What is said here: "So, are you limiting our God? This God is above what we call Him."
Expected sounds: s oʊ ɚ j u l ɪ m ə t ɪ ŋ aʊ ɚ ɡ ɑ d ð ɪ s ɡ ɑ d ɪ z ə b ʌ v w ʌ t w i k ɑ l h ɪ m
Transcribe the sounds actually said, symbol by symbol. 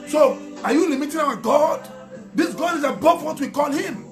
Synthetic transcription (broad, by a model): s oʊ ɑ j u l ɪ m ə t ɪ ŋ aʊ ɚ ɡ ɑ d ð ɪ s ɡ ɑ d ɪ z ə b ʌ f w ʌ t w i k ɑ l h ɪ m